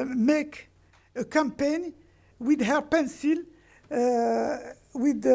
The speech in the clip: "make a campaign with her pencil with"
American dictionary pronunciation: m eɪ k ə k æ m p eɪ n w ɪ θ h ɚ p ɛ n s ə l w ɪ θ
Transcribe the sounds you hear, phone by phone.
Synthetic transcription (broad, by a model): m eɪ k ə k æ m p eɪ n w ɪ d h ɚ p ɛ n s ə l w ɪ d